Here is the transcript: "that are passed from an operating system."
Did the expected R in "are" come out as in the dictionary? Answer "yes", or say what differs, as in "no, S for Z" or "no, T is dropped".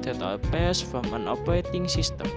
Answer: no, L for R